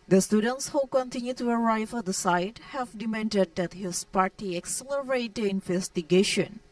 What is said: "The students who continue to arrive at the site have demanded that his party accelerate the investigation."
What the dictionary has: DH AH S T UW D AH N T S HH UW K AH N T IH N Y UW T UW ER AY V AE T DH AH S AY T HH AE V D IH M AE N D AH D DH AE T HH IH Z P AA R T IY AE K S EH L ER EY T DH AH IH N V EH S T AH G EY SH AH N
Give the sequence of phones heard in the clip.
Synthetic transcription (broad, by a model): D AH S T UW D AH N T S HH UW K AH N T IH N Y UW T UW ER AY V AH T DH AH S AY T HH AE V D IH M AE N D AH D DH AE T HH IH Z P AA R T IY AE K S EH L ER EY T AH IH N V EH S T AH G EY SH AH N